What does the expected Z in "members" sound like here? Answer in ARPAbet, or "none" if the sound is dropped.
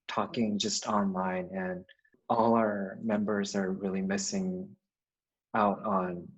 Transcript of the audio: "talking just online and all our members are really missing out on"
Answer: Z